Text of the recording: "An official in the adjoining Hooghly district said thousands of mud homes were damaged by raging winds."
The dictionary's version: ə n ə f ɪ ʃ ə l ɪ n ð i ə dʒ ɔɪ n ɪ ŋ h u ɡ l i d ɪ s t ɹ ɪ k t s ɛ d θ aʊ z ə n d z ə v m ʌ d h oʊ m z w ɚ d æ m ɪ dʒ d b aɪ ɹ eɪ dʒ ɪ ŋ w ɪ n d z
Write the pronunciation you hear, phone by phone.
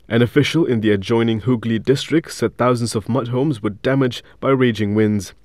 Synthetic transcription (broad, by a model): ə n ə f ɪ ʃ ə l ɪ n ð i ə dʒ ɔɪ n ɪ ŋ h u ɡ l i d ɪ s t ɹ ɪ k t s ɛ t θ aʊ z ə n d z ə v m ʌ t h oʊ m z w ɚ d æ m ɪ dʒ b aɪ ɹ eɪ dʒ ɪ ŋ w ɪ n d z